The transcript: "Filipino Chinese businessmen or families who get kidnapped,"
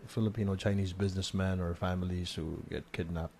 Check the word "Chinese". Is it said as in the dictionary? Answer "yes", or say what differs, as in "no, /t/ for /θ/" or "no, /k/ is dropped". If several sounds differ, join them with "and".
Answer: yes